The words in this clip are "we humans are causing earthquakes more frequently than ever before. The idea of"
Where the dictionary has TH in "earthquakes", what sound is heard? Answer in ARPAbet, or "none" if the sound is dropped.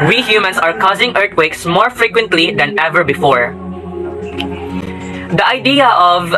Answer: T